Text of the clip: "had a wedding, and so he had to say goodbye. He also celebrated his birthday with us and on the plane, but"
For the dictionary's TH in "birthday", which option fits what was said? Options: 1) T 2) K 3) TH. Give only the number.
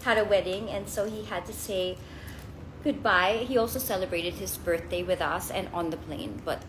3